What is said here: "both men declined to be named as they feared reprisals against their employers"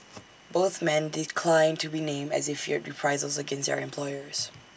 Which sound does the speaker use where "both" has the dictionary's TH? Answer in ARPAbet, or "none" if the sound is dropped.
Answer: TH